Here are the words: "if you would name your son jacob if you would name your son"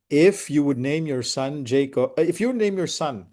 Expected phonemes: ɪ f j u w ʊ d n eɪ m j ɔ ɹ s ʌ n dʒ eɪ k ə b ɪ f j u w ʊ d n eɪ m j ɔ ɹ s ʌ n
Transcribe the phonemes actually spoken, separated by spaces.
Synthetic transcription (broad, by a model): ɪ f j u w ʊ d n eɪ m j ɔ ɹ s ʌ n dʒ eɪ ə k ɪ f j u w ʊ d n eɪ m j ɔ ɹ s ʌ n